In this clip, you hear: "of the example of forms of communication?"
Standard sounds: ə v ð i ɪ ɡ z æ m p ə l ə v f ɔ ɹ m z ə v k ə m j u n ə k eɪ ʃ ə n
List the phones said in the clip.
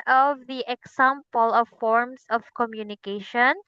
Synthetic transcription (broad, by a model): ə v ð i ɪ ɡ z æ m p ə l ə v f ɔ ɹ m s ə v k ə m j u n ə k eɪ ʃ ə n